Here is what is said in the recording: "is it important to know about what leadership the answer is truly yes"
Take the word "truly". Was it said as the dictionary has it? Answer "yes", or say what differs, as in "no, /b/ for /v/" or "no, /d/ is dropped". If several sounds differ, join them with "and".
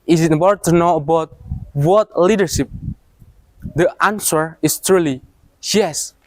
yes